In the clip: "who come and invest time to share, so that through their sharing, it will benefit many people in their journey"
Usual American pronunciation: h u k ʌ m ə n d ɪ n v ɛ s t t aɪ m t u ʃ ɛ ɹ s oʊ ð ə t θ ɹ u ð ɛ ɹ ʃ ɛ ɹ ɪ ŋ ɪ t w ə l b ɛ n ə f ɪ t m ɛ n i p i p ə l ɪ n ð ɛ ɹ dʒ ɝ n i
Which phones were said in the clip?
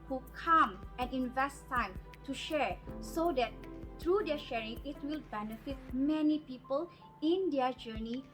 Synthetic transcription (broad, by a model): h u k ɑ m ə n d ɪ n v ɛ s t t aɪ m t u ʃ ɛ ɹ s oʊ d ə t t ɹ u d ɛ ʃ ɛ ɹ ɪ ŋ ɪ t w ə l b ɛ n ə f ɪ t m ɛ n i p i p ə l ɪ n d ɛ dʒ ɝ n i